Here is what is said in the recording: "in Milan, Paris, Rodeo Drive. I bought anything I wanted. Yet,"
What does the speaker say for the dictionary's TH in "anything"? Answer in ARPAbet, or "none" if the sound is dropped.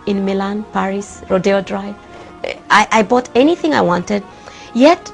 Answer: TH